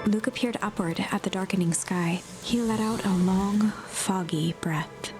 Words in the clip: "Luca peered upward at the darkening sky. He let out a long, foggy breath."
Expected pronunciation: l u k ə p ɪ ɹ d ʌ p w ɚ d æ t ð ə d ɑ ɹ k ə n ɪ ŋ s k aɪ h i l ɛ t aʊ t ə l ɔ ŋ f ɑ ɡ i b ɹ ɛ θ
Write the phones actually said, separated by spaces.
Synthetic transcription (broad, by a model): l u k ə p ɪ ɹ d ʌ p w ɚ d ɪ t ð ə d ɑ ɹ k ə n ɪ ŋ s k aɪ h i l ɛ t aʊ t ə l ɔ ŋ f ɑ ɡ i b ɹ ɛ θ